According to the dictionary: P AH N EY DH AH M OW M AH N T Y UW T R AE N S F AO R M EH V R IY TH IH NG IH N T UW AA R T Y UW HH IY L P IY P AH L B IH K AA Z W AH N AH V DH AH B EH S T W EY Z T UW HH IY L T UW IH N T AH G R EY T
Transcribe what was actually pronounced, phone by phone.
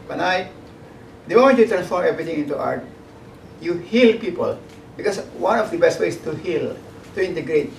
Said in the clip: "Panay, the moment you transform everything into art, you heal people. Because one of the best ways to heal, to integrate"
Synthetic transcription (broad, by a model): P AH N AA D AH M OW M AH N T Y UW T R AE N S F AO R M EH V R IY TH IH NG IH N T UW AA R T Y UW HH IY L P IY P AH L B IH K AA S W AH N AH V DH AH B EH S T W EY S T UW HH IY L T UW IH N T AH G R EY T